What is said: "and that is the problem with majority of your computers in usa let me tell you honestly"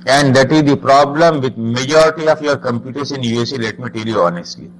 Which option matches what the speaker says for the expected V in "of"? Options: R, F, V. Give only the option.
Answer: F